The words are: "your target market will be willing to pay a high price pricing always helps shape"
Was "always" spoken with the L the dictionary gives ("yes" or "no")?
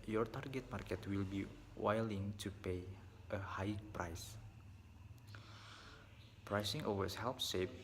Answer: no